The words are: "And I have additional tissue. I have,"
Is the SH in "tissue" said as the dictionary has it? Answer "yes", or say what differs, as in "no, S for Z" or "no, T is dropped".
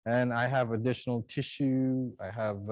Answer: yes